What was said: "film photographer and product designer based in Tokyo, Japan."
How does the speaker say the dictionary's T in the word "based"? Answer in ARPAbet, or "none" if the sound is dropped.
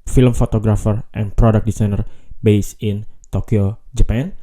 none